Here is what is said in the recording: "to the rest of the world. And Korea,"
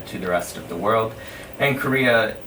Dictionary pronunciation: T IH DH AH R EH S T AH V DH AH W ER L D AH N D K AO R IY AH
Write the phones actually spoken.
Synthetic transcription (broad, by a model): T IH DH AH R EH S T AH V DH AH W ER L D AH N K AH R IY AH